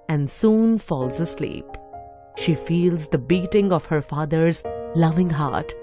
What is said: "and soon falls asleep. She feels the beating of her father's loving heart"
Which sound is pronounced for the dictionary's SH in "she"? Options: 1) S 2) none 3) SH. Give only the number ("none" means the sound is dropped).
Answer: 3